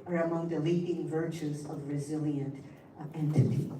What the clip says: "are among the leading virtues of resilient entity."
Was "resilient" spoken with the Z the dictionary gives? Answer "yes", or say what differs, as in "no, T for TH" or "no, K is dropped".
yes